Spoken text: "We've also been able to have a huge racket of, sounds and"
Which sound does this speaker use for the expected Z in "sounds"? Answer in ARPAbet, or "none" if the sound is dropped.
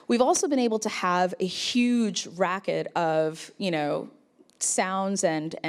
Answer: Z